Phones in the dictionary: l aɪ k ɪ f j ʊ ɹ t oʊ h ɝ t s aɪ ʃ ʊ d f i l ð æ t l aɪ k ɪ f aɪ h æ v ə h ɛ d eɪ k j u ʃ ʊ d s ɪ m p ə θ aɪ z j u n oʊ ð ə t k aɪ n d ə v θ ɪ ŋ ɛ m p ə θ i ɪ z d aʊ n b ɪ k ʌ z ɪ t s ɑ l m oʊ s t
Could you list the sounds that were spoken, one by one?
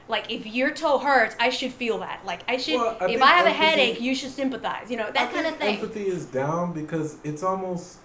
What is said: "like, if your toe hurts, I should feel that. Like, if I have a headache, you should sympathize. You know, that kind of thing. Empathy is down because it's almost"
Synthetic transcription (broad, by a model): l aɪ k ɪ f j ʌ ɹ t oʊ h ɝ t aɪ ʃ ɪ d f i l ð æ t l aɪ k ɪ f aɪ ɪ v ə h ɛ d eɪ k j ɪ ʃ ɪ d s ɪ m p ə θ aɪ z j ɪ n oʊ ð ə t k aɪ n d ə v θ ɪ ɛ m p ə θ i ɪ z d aʊ n b ɪ k ʌ z ɪ t s ɑ l m oʊ s t